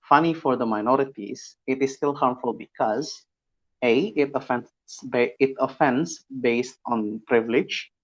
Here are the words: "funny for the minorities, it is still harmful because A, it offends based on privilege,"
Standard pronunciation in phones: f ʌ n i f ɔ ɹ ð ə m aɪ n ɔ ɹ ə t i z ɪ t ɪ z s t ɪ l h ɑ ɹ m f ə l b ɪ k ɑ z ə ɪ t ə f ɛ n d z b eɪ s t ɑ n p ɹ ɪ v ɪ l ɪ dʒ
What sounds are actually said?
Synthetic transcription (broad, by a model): f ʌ n i f ɔ ɹ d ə m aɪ n ɔ ɹ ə t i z ɪ t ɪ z s t ɪ l h ɑ ɹ m f ə l b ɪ k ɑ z ə ɪ t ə f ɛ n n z b eɪ s t ɑ n p ɹ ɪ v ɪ l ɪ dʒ